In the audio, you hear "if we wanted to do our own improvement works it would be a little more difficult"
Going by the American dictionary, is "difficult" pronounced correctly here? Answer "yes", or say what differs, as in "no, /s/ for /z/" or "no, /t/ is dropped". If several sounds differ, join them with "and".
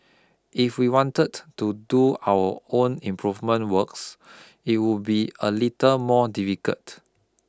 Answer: no, /l/ is dropped